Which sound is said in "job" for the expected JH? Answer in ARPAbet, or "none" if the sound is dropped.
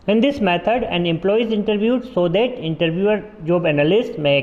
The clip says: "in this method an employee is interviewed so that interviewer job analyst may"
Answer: JH